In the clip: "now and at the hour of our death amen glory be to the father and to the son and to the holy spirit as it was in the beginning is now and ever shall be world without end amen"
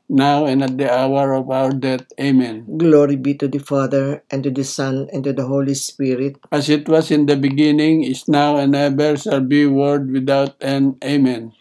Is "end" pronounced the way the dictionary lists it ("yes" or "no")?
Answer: no